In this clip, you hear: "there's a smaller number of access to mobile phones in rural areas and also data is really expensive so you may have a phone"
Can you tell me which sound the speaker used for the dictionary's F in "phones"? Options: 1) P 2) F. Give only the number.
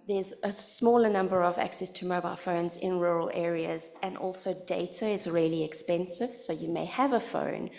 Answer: 2